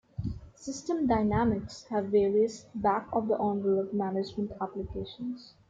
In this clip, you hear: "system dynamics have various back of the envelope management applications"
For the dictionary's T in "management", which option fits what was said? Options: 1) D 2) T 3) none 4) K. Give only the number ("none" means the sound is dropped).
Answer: 2